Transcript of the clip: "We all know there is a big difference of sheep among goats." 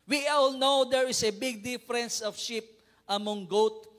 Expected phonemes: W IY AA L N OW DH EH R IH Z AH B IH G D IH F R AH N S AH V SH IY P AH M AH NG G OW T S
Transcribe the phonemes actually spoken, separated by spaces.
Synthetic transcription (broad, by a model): W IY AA L N OW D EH R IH S AH B IH G D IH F R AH N S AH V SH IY P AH M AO NG G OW T